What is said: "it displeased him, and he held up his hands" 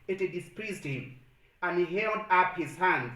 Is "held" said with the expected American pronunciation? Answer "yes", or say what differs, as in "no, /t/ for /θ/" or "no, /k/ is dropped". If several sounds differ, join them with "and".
yes